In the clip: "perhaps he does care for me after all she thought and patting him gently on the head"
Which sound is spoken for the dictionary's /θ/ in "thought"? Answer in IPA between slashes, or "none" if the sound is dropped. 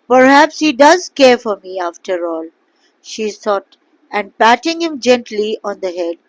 /s/